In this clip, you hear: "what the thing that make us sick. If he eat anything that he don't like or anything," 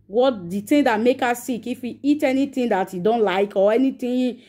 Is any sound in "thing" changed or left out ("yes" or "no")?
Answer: yes